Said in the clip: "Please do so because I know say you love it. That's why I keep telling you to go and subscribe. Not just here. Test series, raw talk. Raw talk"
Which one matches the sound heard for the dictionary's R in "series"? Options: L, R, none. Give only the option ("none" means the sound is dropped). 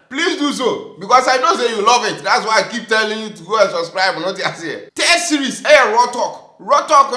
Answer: none